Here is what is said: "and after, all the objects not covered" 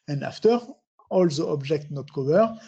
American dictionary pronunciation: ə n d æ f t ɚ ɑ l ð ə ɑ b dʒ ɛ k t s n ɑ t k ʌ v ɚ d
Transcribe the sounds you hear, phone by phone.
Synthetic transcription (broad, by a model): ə n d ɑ f t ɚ ɑ l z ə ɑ b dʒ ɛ k t n ɑ t k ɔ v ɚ